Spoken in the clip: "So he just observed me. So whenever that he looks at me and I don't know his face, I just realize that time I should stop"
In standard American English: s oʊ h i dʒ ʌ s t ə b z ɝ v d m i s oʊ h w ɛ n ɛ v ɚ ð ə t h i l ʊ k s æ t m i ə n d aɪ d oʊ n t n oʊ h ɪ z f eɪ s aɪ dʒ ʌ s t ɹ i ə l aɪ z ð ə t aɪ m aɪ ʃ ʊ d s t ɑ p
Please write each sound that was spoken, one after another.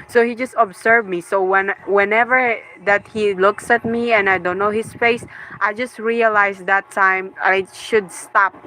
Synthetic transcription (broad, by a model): s oʊ h i dʒ ʌ s t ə b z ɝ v m i s oʊ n w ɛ n ɛ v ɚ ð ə t h i l ʊ k s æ t m i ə n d aɪ d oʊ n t n oʊ h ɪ s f eɪ s aɪ dʒ ʌ s t ɹ i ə l aɪ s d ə t aɪ m aɪ ʃ ʊ d s t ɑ p